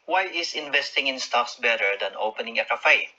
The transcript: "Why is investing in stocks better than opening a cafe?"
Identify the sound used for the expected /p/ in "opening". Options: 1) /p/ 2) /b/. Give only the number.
1